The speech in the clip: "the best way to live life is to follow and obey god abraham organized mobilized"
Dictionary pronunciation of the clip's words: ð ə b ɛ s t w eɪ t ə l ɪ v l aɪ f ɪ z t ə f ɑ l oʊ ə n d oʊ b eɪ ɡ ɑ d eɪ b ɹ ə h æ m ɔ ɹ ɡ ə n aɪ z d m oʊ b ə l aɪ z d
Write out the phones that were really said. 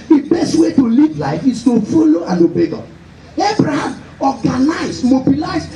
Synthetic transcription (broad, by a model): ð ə b ɛ s t w eɪ t ə l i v l aɪ f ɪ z t ə f ɑ l oʊ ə n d oʊ b eɪ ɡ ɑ eɪ b ɹ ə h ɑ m ɔ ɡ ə n aɪ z m oʊ b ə l aɪ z